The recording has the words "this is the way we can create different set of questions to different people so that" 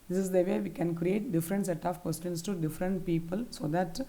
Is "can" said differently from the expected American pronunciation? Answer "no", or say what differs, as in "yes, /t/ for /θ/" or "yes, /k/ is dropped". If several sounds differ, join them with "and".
no